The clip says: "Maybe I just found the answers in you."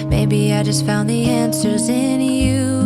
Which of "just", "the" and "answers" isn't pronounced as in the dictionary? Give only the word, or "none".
none